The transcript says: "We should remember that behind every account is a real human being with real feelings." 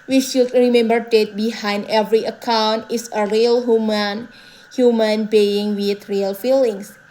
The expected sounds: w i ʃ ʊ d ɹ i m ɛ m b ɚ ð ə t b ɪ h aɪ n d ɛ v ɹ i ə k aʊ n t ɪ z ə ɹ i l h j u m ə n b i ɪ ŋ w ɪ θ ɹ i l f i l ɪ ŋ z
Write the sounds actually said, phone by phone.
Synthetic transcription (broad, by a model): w i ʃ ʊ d ɹ i m ɛ m b ɚ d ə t b ɪ h aɪ n d ɛ v ɹ i ə k aʊ n t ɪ s ə ɹ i l h j u m ə n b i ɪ ŋ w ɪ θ ɹ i l f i l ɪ ŋ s